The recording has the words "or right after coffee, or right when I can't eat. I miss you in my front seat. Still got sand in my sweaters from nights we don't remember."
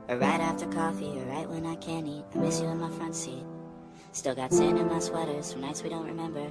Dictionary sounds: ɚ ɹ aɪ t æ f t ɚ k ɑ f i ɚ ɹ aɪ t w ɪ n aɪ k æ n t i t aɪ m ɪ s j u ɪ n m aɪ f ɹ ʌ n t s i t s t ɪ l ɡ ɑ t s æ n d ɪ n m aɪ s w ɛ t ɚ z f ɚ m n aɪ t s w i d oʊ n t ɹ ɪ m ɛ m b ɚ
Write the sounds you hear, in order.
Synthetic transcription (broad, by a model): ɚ ɹ aɪ t æ f t ɚ k ɑ f i ɚ ɹ aɪ t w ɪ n aɪ k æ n i t aɪ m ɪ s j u ɪ n m aɪ f ɹ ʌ n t s i t s t ɪ l ɡ ɑ t s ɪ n ɪ n m aɪ s w ɛ t ɚ z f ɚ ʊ n aɪ t s w i d oʊ n t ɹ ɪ m ɛ m b ɚ